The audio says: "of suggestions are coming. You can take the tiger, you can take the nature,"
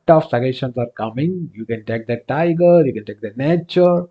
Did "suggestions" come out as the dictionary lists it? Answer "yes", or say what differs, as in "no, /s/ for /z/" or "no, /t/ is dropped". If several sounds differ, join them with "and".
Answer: no, /dʒ/ is dropped